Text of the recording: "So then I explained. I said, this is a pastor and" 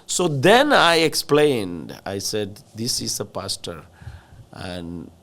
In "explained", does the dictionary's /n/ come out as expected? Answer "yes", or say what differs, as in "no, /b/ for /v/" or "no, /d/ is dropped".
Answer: yes